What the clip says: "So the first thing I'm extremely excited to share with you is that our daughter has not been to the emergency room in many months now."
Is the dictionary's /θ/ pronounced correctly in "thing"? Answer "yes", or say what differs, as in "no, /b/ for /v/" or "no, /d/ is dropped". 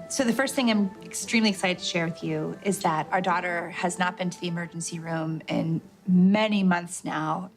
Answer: yes